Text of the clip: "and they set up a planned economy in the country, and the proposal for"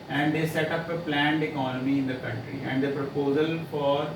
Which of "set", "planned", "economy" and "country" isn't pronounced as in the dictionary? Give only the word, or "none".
none